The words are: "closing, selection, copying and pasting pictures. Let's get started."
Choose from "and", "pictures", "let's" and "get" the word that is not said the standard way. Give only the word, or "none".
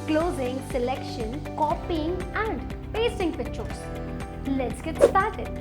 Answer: pictures